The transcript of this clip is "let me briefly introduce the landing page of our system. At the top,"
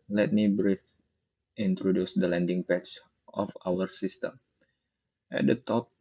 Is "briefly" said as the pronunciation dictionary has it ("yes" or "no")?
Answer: no